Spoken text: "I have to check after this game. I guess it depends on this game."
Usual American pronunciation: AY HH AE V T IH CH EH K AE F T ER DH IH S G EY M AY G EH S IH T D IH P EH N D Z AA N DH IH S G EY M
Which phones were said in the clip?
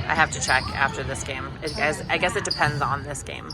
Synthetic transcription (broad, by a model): AY HH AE F T IH CH EH K AE F T ER DH IH S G EY M AY G EH S IH T D IH P EH N D Z N DH IH S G EY M